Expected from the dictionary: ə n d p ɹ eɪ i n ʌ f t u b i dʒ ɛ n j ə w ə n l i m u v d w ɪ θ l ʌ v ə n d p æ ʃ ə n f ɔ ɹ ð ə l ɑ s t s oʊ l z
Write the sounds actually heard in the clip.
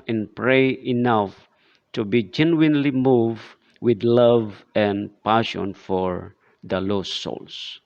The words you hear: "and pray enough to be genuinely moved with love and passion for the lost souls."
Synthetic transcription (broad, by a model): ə n p ɹ eɪ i n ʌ f t u b i dʒ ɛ n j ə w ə n l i m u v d w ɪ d l ʌ v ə n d p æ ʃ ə n f ɔ ɹ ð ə l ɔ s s oʊ l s